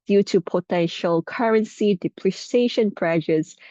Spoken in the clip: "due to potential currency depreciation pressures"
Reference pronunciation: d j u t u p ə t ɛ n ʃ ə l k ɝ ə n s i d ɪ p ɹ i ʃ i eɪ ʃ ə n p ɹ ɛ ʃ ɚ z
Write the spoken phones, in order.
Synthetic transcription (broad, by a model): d j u t u p ə t ɛ n ʃ ə l k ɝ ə n s i d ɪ p l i s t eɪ ʃ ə n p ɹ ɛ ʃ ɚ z